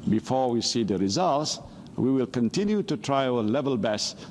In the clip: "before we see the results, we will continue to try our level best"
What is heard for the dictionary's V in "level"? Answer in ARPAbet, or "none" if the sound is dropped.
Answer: V